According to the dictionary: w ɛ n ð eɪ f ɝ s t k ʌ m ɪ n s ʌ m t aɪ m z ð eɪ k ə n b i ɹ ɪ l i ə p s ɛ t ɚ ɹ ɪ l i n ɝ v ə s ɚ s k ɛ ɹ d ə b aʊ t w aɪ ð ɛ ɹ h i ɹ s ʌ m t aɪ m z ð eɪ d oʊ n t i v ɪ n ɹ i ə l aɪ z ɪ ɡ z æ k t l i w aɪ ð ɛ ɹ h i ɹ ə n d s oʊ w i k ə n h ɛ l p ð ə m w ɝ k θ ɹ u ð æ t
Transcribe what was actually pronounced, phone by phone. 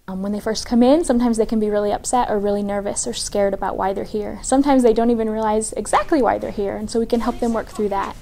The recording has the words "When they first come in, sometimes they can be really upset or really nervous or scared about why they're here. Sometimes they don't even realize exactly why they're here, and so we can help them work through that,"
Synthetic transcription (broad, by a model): w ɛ n ð eɪ f ɝ s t k ʌ m ɪ n s ʌ m t aɪ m z ð eɪ k ə n b i ɹ ɪ l i ə p s ɛ t ɚ ɹ ɪ l i n ɝ v ə s ɚ s k ɛ ɹ d ə b aʊ t w aɪ ð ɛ ɹ h i ɹ s ʌ m t aɪ m z ð eɪ d oʊ n t i v ɪ n ɹ i ə l aɪ z ɪ ɡ z æ k t l i w aɪ ð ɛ ɹ h i ɹ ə n s oʊ w i k ə n h ɛ l p ð ə m w ɝ k θ ɹ u ð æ t